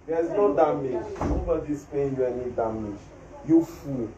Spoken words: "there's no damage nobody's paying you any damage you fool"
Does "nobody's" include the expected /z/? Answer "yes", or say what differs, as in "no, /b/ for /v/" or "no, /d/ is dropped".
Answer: no, /s/ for /z/